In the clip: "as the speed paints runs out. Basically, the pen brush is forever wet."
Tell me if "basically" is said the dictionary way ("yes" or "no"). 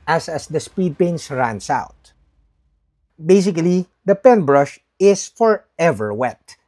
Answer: yes